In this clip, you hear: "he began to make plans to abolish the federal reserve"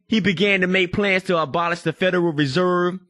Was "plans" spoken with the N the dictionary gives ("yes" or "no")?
yes